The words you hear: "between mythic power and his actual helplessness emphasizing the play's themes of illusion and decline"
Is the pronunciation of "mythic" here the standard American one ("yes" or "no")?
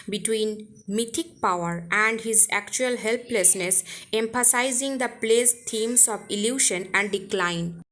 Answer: no